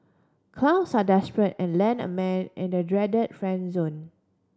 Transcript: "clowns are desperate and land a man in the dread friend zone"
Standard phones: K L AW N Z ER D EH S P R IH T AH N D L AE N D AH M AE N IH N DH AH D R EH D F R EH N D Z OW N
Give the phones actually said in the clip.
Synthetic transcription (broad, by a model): K L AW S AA D EH S P R IH T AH N L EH N AH M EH N IH N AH D R EH D F R EH N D Z OW N